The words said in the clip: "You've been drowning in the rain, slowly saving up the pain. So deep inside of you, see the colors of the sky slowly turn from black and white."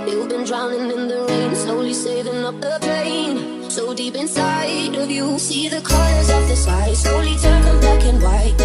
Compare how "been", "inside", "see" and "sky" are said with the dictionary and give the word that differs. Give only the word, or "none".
sky